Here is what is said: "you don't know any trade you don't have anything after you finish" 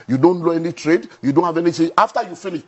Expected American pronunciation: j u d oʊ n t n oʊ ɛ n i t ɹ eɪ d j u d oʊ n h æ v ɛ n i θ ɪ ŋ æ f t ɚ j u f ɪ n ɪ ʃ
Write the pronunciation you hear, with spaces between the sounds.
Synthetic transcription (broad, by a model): j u d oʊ n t l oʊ ɛ n i t ɹ eɪ d j u d oʊ n h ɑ v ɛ n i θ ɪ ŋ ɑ f t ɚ j u f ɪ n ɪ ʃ